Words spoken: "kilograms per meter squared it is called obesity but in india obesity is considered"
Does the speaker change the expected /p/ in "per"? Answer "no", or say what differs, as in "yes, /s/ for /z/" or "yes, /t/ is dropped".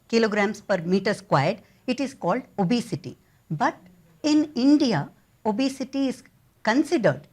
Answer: no